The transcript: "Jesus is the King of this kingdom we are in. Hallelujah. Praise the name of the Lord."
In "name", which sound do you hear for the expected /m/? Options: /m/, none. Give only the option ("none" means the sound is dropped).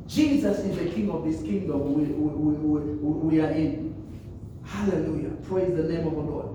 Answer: /m/